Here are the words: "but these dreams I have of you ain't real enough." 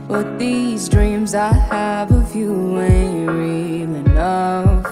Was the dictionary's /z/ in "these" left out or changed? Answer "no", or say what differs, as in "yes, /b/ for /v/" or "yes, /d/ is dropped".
no